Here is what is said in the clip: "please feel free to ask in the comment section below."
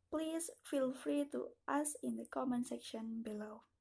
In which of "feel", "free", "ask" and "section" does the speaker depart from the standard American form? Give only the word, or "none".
ask